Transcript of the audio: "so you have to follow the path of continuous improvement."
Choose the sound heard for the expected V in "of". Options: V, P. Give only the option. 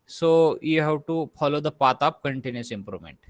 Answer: P